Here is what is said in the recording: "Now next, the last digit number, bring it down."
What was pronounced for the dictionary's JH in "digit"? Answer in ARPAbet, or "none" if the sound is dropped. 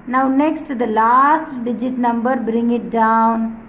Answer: JH